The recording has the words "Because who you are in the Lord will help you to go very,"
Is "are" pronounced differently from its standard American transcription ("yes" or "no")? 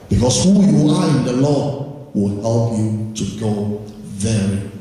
yes